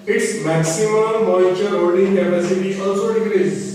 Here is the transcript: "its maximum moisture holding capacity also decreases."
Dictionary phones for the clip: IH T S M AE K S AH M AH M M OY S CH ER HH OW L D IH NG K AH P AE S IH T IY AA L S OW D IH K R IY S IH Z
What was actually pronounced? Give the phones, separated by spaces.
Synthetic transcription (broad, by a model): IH T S M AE K S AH M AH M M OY CH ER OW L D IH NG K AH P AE S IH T IY AA L S OW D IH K R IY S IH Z